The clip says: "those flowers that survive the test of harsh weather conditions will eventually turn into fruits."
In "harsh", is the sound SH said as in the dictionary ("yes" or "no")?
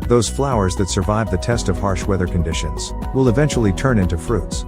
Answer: yes